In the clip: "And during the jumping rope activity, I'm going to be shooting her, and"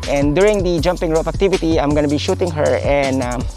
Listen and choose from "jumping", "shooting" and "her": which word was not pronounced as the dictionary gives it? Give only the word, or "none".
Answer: none